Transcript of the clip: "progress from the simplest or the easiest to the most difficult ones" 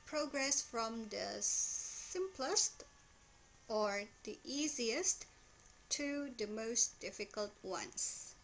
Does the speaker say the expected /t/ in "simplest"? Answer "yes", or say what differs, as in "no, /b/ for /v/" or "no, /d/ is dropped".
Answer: yes